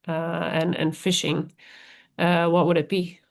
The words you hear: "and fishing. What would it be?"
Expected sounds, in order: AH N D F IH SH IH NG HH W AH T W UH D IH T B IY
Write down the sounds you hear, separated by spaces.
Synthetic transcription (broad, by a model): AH N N F IH SH IH NG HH W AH T W UH D IH T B IY